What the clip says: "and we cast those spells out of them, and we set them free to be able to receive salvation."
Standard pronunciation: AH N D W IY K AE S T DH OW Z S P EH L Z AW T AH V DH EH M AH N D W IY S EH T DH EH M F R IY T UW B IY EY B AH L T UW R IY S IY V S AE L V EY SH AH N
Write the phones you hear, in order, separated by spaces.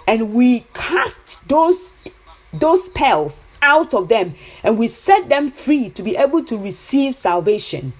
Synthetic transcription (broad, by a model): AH N W IY K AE S T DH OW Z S P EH L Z AW T AH V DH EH M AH N W IY S EH T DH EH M F R IY T UW B IY EY B AH L T UW R IY S IY V S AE L V EY SH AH N